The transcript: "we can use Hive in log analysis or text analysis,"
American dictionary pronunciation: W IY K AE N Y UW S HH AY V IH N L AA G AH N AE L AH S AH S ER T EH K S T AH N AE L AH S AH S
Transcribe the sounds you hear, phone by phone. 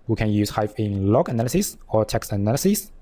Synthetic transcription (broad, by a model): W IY K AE N Y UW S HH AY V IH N L AA G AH N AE L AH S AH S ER T EH K S T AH N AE L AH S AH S